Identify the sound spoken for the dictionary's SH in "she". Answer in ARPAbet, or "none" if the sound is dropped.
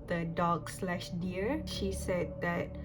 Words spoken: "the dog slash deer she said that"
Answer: SH